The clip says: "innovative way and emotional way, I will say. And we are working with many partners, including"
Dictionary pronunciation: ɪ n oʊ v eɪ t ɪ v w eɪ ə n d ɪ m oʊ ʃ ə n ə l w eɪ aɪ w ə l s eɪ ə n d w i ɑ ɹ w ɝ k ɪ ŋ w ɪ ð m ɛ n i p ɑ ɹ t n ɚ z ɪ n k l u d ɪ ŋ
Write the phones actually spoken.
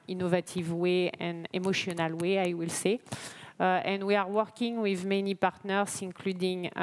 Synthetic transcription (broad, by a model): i n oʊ v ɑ t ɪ v w eɪ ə n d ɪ m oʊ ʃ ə n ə l w eɪ aɪ w ə l s eɪ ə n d w i ɑ ɹ w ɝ k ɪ ŋ w ɪ ð m ɛ n i p ɑ ɹ t n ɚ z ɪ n k l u d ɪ ŋ